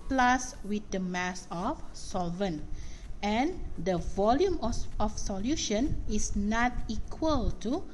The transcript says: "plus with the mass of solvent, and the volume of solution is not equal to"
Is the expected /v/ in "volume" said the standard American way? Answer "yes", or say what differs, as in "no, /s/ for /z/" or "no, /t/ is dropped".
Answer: yes